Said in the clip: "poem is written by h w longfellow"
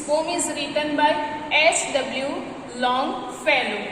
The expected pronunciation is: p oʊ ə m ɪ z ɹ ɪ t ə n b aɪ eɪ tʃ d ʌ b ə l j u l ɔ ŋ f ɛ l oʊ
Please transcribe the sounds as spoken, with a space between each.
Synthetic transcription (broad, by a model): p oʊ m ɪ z ɹ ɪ t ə n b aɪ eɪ s d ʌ b l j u l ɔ ŋ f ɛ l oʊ